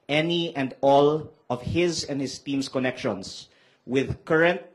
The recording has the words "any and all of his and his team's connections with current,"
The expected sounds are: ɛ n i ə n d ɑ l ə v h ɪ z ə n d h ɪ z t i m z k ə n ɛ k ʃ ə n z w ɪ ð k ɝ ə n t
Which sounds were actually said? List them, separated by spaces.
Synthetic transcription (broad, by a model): ɛ n i ə n d ɑ l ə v h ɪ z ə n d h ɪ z t i m s k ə n ɛ k ʃ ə n s w ɪ ð k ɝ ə n t